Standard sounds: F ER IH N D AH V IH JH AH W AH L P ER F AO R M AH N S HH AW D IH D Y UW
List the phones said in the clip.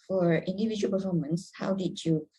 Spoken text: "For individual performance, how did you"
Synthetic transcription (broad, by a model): F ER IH N D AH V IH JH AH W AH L P ER F AO R M AH N S HH AW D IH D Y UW